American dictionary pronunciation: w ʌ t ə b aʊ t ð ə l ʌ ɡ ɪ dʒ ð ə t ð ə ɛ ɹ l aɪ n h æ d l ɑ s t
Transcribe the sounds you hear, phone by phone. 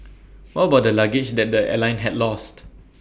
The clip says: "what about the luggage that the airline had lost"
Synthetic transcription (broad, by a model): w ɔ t ə b aʊ t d ə l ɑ ɡ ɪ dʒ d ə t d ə ɛ l aɪ n h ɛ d l ɑ s t